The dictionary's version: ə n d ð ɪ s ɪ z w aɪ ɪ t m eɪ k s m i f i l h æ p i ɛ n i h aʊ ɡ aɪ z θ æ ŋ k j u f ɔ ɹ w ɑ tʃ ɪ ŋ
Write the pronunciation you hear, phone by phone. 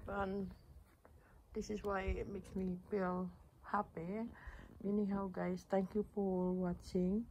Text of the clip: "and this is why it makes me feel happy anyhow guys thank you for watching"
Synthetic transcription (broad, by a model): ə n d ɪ s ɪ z w aɪ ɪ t m eɪ k s m i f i l h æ p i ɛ n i h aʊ ɡ aɪ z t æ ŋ k j u p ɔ l w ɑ tʃ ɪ ŋ